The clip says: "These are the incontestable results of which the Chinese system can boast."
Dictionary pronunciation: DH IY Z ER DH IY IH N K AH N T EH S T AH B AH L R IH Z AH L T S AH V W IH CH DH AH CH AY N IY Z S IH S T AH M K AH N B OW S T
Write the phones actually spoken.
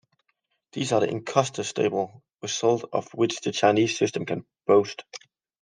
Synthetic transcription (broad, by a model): DH IY Z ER DH IY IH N K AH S T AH S T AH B AH L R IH S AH L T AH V W IH CH DH AH CH AY N IY Z S IH S T AH M K AH N B OW S T